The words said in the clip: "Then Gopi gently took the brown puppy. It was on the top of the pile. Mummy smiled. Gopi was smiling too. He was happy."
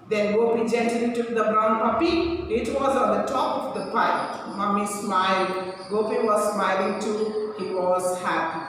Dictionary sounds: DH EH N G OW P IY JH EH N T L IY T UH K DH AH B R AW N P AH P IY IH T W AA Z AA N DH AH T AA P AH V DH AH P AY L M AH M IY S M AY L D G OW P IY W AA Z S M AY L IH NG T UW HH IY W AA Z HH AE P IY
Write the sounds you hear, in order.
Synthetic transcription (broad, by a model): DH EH N G OW P IY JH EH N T IY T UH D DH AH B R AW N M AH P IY IH T W AA Z AA N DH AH T AA P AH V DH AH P AY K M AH M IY S M AY L D G OW P IY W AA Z S M AY L IH NG T UW HH IY W AA Z HH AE P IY